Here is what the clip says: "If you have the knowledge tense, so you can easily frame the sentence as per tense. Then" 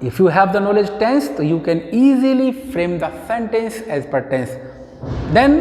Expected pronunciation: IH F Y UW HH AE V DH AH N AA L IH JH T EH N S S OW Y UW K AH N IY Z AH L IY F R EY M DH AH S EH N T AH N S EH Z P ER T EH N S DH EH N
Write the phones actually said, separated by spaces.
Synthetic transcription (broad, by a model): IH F Y UW HH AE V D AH N AA L IH JH T EH N S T Y UW K AH N IY Z AH L IY F R EY M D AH S EH N T AH N S EH Z P ER T EH N S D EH N